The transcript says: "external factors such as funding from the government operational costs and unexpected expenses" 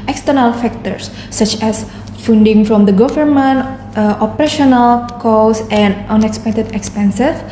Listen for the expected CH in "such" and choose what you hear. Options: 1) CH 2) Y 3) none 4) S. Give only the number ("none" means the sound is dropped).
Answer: 1